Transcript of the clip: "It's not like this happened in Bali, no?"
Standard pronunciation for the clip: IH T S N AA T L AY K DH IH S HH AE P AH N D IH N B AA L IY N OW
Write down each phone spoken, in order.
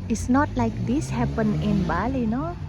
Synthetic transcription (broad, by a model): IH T S N AA T L AY K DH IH S HH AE P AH N IH N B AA L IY N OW